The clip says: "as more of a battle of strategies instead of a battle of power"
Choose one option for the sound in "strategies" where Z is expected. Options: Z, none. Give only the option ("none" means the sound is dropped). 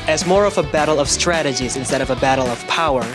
Z